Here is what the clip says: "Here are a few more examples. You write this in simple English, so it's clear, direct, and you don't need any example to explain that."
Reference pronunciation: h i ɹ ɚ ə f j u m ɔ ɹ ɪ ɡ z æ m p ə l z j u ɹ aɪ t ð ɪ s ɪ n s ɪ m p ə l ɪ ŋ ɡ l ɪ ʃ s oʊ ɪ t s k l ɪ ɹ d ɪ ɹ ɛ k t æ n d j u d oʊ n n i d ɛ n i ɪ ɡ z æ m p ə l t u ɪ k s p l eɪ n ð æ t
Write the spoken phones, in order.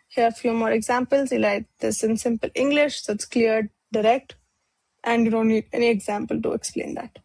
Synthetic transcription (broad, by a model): h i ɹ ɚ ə f j u m ɔ ɹ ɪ ɡ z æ m p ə l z j u l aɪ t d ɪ s ɪ n s ɪ m p ə l ɪ ŋ ɡ l ɪ ʃ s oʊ ɪ t s k l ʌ ɹ d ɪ ɹ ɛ k t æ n d j u d oʊ n n i d ɛ n i ɪ ɡ z æ m p ə l t u ɪ k s p l eɪ n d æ t